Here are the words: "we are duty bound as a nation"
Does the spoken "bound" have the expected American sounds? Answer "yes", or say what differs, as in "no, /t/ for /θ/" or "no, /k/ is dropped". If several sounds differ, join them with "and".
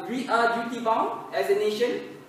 no, /d/ is dropped